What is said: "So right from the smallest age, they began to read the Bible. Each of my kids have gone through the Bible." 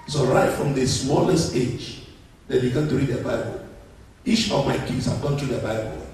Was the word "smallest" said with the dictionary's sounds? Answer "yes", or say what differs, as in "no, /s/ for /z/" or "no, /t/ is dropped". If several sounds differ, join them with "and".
yes